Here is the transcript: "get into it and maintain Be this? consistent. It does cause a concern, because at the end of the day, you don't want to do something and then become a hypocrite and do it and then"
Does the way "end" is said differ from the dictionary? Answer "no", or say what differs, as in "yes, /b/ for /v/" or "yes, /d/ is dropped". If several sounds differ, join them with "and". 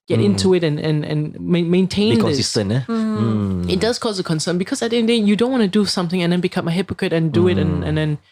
yes, /n/ is dropped